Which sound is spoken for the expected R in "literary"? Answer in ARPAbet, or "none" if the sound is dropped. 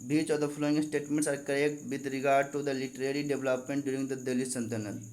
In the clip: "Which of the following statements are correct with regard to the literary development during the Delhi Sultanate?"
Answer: R